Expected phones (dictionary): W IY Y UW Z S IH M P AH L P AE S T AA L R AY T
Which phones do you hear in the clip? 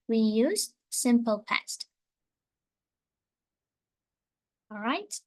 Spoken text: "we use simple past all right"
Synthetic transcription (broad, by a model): W IY Y UW Z S IH M P AH L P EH S T AA L R AY T